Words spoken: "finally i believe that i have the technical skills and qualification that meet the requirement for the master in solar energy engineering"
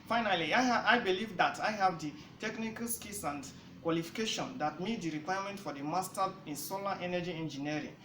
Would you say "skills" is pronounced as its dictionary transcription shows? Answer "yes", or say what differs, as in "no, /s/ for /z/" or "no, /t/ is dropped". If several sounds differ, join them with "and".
no, /s/ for /z/